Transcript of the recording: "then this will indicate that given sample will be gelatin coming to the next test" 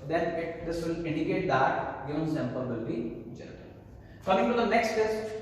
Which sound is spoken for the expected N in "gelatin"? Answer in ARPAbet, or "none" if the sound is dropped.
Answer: L